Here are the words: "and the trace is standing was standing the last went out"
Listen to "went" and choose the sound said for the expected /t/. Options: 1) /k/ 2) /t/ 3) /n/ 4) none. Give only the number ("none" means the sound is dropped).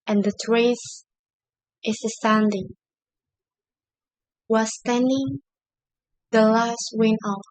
4